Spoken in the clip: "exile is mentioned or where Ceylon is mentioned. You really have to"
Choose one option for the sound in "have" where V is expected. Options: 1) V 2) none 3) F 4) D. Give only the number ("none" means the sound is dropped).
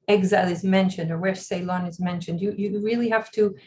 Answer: 3